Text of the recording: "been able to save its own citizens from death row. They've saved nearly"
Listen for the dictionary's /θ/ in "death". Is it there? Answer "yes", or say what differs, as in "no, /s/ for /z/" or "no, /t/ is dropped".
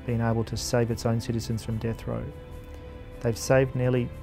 yes